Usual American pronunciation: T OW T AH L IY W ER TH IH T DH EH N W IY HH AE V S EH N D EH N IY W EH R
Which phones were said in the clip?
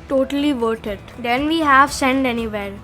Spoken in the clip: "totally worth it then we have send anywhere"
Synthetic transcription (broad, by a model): T OW T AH L IY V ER T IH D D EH N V IY HH AE V S EH N D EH N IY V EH R